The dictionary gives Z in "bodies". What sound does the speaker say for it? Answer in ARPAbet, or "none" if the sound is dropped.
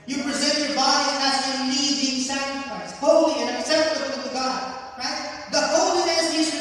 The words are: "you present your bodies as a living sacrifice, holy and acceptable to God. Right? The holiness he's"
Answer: none